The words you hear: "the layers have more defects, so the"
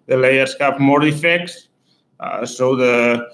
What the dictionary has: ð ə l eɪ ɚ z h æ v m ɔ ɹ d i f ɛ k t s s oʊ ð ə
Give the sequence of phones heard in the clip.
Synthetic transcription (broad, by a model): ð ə l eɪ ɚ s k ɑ p m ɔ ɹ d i f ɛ k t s s oʊ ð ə